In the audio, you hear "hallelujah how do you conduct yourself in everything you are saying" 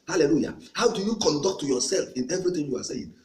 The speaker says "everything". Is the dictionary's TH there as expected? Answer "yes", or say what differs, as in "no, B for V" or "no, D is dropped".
no, T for TH